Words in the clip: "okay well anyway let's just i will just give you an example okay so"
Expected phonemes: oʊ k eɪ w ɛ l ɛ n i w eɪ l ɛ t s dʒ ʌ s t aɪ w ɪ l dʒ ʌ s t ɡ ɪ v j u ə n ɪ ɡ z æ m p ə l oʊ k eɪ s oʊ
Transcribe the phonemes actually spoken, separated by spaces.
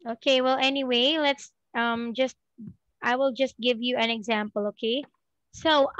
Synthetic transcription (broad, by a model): oʊ k eɪ w ɛ l ɛ n i w eɪ l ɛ t s dʒ ʌ s t aɪ w ɪ l dʒ ʌ s t ɡ ɪ v j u ə n ɪ ɡ z æ m p ə l oʊ k eɪ s oʊ